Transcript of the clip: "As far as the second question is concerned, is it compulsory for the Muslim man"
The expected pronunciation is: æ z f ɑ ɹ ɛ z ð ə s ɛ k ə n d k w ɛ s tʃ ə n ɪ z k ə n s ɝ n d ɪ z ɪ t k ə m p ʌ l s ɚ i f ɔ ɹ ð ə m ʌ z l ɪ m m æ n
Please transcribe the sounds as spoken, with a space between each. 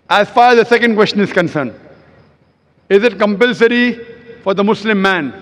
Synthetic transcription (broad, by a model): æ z f ɑ ɹ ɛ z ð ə s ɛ k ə n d k w ɛ s tʃ ə n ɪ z k ə n s ɝ n d ɪ z ɪ t k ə m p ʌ l s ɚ i f ɔ ɹ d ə m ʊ s l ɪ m m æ n